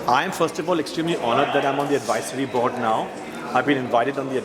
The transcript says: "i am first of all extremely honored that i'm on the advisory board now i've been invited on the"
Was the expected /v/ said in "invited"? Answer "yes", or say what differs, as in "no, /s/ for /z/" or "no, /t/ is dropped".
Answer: yes